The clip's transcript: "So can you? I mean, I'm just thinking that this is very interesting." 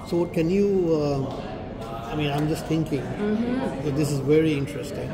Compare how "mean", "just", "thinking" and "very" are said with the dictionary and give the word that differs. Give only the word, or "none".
thinking